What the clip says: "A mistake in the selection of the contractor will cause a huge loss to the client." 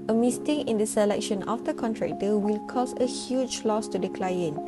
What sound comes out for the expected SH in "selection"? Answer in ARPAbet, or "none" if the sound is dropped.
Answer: SH